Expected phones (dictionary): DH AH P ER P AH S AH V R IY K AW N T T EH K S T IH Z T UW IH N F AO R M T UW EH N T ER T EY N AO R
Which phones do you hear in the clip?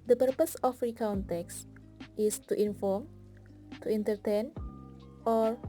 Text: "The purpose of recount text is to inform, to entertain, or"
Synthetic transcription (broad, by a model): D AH P ER P AH S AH F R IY K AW N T T EH K S T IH S T UW IH N F AO R M T UW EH N T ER T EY N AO R